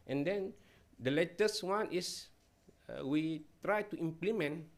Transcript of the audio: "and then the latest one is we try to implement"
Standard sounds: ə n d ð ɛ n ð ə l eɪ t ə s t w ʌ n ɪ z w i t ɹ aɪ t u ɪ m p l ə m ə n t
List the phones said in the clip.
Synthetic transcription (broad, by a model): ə n d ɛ n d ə l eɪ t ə s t w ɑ n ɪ s w i t ɹ aɪ t u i m p l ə m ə n